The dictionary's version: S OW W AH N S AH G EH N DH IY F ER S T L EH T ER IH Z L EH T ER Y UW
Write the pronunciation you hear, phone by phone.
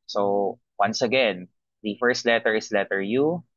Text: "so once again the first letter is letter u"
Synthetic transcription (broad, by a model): S OW W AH N S AH G EH N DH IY F ER S T L EH T ER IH S L EH T ER Y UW